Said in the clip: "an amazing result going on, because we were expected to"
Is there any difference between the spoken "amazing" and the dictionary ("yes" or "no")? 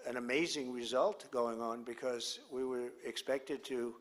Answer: no